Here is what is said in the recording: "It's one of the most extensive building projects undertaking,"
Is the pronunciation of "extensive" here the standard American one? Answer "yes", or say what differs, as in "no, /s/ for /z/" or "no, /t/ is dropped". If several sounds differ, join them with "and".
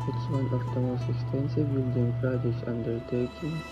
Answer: no, /k/ is dropped